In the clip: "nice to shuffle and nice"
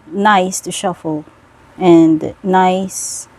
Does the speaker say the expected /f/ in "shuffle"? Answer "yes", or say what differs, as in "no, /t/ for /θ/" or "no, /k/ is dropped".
yes